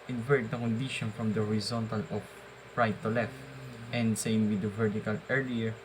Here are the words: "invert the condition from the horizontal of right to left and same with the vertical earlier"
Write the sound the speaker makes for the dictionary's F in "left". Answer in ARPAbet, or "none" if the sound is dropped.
F